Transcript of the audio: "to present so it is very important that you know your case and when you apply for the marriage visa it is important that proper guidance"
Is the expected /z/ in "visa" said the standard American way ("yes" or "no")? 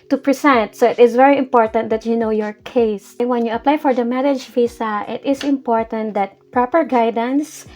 no